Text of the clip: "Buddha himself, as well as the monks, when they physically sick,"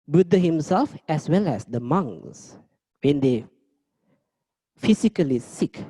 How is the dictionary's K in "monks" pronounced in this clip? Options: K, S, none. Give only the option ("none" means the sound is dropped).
none